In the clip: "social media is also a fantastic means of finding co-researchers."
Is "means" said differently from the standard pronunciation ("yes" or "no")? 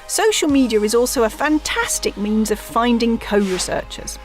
no